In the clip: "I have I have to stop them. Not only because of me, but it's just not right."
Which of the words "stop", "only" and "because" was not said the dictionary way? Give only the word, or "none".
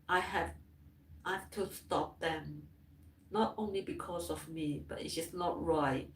because